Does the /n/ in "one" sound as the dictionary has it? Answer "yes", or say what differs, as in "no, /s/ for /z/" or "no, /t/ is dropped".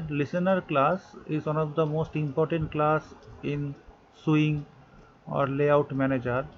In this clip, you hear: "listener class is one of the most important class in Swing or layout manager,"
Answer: yes